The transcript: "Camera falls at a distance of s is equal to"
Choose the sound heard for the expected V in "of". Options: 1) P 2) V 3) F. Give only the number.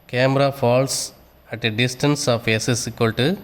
1